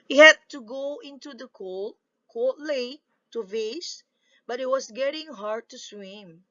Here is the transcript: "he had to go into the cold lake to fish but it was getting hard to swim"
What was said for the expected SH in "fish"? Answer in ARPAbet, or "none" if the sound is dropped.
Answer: S